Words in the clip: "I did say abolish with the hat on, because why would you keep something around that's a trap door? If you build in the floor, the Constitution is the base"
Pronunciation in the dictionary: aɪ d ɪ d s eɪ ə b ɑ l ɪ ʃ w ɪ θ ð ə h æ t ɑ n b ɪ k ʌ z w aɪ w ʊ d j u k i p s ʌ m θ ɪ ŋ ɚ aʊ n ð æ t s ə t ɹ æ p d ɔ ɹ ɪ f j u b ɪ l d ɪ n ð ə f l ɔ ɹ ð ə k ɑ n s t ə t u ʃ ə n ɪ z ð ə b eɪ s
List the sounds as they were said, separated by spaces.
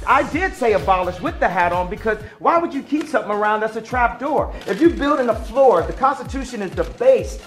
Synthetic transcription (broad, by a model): aɪ d ɪ d s eɪ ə b ɑ l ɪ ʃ w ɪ ð ə h æ t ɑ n b ɪ k ʌ z w aɪ w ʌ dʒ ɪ k i p s ʌ m θ ɪ ŋ ɚ aʊ n ð æ t s ə t ɹ æ p d ɔ ɹ ɪ f j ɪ b ɪ l d ɪ n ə f l ɔ ɹ ð ə k ɑ n s t ə t u ʃ ə n ɪ z ð ə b eɪ s